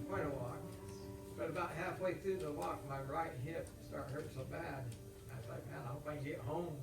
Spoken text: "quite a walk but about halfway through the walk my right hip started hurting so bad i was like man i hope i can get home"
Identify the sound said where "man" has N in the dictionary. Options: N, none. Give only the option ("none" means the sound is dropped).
none